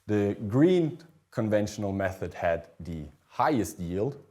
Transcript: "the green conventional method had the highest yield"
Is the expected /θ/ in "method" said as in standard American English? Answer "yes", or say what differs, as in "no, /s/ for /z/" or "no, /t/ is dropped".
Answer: yes